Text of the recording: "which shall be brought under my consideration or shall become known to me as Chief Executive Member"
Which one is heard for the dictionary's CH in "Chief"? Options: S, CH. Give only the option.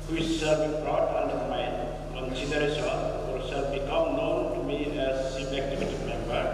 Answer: S